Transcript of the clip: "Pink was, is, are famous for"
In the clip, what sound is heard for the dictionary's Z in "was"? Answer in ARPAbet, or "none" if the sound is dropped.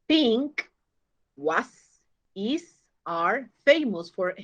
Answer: S